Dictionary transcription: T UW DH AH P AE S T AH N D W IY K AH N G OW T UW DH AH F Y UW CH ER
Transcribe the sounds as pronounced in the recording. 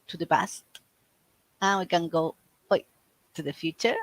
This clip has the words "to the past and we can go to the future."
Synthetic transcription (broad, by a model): T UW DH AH B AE S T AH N W IY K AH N G OW T UW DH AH F Y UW CH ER